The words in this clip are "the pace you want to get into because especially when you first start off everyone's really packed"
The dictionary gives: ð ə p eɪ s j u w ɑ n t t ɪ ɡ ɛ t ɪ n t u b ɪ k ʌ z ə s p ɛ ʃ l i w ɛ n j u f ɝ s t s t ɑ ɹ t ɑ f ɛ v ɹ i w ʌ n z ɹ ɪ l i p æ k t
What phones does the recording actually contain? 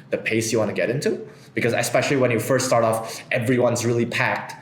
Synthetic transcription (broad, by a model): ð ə p eɪ s j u w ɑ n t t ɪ ɡ ɛ t ɪ n t u b ɪ k ʌ z ə s p ɛ ʃ l i w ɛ n j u f ɝ s t s t ɑ ɹ t ɑ f ɛ v ɹ i w ʌ n z ɹ ɪ l i p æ k t